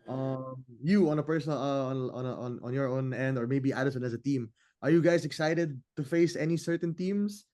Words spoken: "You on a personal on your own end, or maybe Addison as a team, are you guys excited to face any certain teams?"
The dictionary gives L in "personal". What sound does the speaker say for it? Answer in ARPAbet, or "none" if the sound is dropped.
N